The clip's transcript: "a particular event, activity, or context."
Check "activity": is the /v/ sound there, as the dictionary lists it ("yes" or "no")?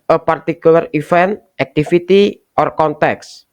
no